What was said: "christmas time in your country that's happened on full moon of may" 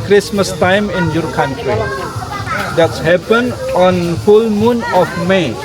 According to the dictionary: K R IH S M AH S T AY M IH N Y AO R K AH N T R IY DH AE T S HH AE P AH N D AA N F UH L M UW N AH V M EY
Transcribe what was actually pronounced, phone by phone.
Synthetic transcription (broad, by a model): K R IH S M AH S T AY M IH N Y AO R K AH N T R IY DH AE T S HH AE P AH N AA N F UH L M UW N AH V M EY